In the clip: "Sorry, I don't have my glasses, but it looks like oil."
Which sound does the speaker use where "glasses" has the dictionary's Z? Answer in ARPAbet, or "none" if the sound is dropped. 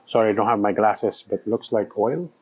S